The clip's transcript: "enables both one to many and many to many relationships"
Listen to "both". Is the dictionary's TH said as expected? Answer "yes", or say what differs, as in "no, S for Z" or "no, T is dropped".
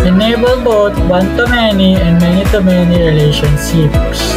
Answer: no, T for TH